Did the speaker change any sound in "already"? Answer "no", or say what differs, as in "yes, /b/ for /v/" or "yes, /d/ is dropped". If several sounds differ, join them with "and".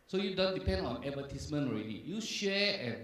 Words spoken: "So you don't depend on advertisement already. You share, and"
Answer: no